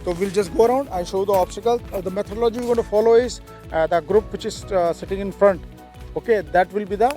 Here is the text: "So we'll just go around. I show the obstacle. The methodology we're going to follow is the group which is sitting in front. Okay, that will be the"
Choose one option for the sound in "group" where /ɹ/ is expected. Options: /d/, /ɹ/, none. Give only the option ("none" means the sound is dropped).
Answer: /ɹ/